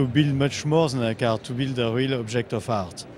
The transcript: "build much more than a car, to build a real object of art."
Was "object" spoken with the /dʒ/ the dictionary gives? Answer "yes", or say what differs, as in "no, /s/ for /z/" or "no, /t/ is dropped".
no, /ʒ/ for /dʒ/